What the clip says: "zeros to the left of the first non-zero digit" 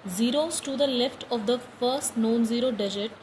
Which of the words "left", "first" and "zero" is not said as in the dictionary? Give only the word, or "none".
none